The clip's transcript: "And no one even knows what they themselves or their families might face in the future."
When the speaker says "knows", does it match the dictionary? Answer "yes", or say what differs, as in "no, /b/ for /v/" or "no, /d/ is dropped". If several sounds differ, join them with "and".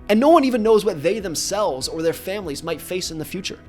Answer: yes